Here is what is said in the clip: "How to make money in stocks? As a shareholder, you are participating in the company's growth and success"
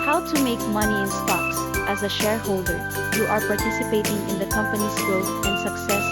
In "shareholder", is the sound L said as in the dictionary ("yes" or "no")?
yes